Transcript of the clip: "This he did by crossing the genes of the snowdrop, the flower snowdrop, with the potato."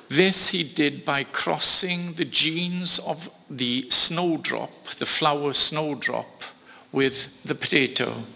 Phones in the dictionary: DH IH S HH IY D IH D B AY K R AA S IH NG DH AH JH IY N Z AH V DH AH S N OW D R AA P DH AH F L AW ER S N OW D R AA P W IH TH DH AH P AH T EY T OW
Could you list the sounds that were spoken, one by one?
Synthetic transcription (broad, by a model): DH IH S HH IY D IH D B AY K R AA S IH NG DH AH JH IY N Z AH V DH AH S N OW D R AA P DH AH F L AW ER S N OW D R AA P W IH DH AH P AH T EY T OW